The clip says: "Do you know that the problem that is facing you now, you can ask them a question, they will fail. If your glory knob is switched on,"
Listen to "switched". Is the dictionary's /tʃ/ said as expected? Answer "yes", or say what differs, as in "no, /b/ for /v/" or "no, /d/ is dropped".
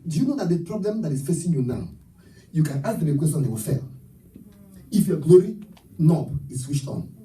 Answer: no, /ʃ/ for /tʃ/